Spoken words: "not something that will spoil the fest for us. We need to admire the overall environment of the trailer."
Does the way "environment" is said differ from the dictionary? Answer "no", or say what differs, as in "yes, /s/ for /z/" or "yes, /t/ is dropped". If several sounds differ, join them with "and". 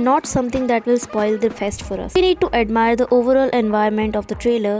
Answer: yes, /ɹ/ is dropped